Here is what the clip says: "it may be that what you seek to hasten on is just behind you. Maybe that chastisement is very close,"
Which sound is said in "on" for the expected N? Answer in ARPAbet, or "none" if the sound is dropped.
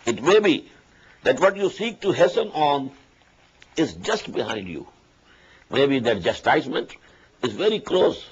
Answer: N